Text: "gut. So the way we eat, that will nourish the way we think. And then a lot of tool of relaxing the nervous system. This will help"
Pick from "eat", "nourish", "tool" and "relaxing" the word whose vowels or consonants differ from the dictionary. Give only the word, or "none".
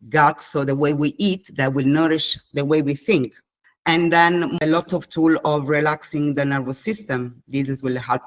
none